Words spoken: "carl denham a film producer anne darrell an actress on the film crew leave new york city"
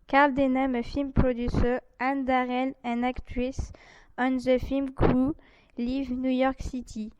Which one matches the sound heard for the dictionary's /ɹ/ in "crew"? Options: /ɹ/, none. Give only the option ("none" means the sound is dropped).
none